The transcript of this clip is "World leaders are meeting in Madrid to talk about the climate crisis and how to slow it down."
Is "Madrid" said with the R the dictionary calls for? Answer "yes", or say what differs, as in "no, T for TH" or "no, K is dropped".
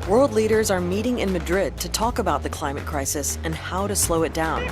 yes